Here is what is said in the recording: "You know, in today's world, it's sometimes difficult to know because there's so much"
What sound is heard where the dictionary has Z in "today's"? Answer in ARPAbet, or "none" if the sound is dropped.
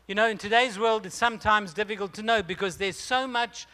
Z